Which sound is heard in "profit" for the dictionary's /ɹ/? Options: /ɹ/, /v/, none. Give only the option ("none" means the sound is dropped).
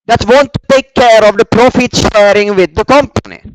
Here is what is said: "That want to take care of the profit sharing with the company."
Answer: /ɹ/